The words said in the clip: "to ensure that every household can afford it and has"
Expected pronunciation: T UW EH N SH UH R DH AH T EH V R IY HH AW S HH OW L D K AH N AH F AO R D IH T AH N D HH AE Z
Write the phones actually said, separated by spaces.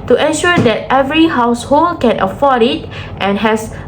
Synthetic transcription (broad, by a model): T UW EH N SH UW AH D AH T EH V R IY HH AW S HH OW L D K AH N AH F AO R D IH T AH N HH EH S